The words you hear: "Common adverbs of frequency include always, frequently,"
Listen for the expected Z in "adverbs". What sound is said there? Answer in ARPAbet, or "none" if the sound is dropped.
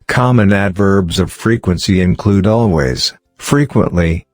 Z